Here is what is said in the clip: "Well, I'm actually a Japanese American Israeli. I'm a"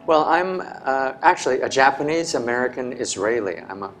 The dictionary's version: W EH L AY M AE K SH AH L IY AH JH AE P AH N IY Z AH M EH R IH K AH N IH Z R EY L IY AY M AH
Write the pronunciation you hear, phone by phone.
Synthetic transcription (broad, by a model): W EH L AY M AE K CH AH L IY AH JH AE P AH N IY Z AH M EH R IH K AH N IH Z R EY L IY AY M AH